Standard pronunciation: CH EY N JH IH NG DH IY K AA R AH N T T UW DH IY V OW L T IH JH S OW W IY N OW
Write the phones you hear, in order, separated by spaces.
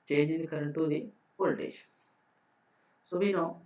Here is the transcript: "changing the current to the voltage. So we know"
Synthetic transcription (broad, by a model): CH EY N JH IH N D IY K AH R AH N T T UW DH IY P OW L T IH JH S OW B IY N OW